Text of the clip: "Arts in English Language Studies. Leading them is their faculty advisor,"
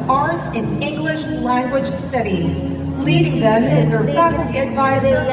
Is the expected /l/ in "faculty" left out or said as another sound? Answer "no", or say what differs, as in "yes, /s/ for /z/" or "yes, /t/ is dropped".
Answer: yes, /l/ is dropped